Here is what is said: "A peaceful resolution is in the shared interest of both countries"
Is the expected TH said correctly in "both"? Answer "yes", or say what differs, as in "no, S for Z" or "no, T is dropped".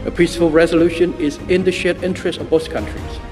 no, S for TH